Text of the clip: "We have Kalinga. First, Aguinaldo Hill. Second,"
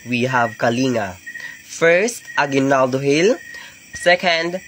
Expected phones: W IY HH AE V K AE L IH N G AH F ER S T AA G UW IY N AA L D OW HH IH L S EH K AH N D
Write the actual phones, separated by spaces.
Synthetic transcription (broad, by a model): W IY HH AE V K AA L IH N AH F ER S T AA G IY N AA L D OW HH IH L S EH K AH N D